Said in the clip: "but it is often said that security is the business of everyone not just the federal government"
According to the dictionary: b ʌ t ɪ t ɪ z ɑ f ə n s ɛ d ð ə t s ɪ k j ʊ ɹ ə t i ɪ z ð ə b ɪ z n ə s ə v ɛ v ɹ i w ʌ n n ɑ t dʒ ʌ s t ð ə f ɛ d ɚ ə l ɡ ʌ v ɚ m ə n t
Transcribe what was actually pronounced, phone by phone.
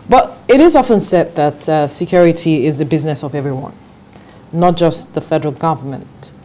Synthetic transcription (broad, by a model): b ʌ t ɪ t ɪ z ɑ f ə n s ɛ d ð ə t s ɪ k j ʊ ɹ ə t i ɪ z ð ə b ɪ z n ə s ə v ɛ v ɹ i w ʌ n n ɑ t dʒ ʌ s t ð ə f ɛ d ɚ ə l ɡ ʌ v ɚ m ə n t